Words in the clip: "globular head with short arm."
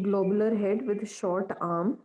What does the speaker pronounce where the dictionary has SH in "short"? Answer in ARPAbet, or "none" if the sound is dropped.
SH